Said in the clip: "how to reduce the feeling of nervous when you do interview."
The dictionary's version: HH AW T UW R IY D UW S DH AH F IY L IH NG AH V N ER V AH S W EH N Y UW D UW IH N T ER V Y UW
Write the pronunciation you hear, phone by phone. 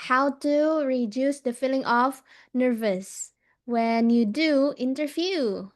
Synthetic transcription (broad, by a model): HH AW T UW R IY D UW S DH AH F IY L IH NG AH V N ER V AH S W EH N Y UW D UW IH N T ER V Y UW